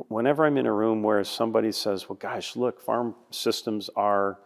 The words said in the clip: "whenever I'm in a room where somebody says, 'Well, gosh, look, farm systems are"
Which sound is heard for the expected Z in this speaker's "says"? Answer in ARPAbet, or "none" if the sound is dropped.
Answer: Z